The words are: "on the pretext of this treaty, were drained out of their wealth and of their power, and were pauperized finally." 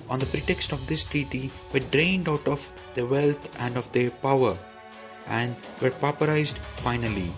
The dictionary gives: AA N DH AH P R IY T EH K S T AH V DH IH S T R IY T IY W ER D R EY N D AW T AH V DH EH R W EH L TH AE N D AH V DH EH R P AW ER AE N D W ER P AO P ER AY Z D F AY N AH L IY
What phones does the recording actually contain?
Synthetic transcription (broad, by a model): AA N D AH P R IY T EH K S T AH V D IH S T R IY T IY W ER D R EY N D AW T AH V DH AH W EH L T AE N D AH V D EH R P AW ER AE N D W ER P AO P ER AY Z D F AY N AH L IY